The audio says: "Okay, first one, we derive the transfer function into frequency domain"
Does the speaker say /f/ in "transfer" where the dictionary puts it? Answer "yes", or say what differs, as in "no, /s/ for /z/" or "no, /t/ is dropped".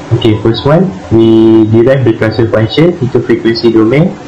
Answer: no, /f/ is dropped